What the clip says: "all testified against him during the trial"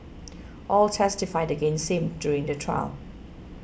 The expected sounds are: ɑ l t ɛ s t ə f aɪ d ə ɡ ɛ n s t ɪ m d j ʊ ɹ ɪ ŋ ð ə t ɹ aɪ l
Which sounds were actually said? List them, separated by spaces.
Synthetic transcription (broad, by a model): ɑ l t ɛ s t ə f aɪ d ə ɡ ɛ n s ɪ m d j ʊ ɹ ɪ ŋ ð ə t ɹ aɪ l